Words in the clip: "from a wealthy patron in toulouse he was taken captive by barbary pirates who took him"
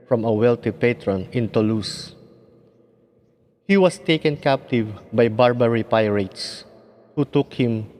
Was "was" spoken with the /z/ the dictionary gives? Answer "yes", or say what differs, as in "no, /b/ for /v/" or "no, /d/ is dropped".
no, /s/ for /z/